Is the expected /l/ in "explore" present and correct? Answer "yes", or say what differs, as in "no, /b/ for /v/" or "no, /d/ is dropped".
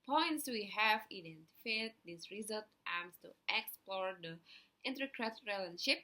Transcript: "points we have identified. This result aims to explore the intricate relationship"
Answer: yes